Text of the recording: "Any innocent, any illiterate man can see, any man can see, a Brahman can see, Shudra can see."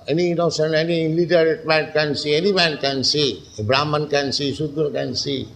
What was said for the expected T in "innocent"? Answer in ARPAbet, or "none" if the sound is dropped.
none